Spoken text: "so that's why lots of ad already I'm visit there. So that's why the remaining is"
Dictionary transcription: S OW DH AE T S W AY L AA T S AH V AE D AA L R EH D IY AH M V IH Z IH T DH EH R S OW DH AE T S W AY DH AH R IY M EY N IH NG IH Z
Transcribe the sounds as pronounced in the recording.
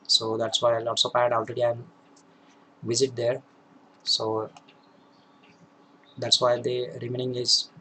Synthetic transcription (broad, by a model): S OW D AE T S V AY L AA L S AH P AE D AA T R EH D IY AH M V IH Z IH T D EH R S OW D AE T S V AY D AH R IY M EY N IH NG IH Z